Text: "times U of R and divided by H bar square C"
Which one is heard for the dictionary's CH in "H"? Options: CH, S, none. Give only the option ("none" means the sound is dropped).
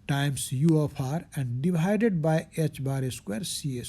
CH